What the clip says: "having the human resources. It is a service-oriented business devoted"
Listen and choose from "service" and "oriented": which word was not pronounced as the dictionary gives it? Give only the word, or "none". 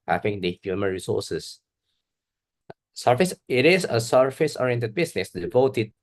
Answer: service